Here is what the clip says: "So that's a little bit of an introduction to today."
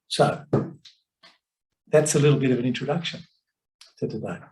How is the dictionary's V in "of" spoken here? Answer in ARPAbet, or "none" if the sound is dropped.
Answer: V